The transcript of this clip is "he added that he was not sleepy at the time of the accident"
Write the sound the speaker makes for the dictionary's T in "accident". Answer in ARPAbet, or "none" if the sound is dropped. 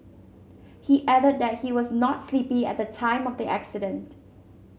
T